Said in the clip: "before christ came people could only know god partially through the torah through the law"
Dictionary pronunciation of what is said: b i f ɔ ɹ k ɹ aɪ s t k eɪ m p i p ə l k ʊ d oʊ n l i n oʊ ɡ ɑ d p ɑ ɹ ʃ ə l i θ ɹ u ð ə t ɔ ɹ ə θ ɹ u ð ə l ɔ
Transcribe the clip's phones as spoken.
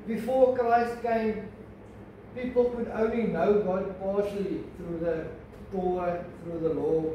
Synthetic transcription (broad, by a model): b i f ɔ k ɹ aɪ s t k eɪ m p i p ə l k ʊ d oʊ n l i n oʊ ɡ ɑ d p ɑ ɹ ʃ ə l i θ ɹ u ð ə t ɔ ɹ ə θ ɹ u ð ə l ɔ